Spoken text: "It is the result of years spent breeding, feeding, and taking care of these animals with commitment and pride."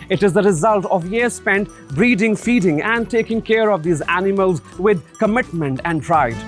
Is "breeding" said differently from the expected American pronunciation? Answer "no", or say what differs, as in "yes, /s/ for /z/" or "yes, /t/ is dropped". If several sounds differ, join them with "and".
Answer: no